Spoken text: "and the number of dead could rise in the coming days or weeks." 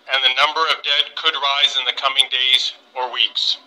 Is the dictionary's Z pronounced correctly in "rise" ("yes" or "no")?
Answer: yes